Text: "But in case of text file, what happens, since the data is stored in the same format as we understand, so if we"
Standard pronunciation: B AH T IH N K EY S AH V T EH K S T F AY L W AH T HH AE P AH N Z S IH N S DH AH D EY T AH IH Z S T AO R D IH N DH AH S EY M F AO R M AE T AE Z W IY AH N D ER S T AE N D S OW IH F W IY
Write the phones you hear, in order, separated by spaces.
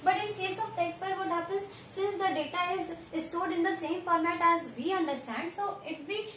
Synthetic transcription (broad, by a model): B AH T IH N K EY S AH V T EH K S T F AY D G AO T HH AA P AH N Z S IH N S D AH D EY T AH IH Z S T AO D IH N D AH S EY M F AO R M AE T AE Z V IY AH N D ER S T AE N D S OW IH F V IY